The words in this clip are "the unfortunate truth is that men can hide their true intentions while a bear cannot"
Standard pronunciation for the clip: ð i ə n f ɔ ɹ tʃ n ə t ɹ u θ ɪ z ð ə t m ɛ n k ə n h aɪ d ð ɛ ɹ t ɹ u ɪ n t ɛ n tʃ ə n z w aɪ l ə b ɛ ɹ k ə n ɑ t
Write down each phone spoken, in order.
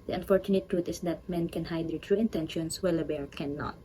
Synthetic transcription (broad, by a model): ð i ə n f ɔ ɹ tʃ n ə t ɹ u t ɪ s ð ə t m ɛ n k ə n h aɪ d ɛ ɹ t ɹ u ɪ n t ɛ n ʃ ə n s w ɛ l ə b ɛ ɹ k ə n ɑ t